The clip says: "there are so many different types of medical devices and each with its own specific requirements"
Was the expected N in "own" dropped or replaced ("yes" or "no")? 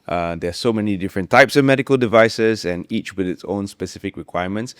no